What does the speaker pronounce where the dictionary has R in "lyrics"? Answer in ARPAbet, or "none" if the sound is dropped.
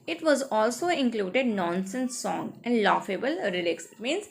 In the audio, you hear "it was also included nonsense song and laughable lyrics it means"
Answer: L